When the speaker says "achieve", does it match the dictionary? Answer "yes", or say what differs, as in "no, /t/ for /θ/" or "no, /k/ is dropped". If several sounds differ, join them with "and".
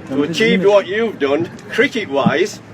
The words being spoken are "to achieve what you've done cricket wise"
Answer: yes